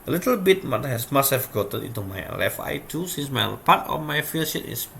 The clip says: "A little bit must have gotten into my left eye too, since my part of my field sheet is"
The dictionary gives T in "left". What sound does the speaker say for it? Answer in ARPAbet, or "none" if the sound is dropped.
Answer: none